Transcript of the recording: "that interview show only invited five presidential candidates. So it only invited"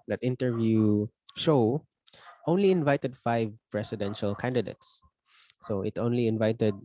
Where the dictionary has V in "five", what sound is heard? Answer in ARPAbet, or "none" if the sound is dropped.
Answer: V